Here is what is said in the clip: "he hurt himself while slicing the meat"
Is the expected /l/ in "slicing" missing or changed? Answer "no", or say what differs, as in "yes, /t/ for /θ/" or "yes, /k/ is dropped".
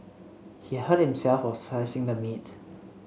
yes, /l/ is dropped